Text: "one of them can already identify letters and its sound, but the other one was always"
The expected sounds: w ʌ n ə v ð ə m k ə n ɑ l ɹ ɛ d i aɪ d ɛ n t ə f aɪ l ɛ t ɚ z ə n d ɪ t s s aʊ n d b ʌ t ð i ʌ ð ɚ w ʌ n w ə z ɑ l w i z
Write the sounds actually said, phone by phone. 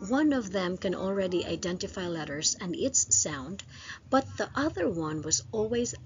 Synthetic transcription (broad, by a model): w ʌ n ə v ð ə m k ə n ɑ l ɹ ɛ d i aɪ d ɛ n t ə f aɪ l ɛ t ɚ z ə n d ɪ t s s aʊ n d b ʌ t ð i ʌ ð ɚ w ʌ n w ə z ɑ l w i z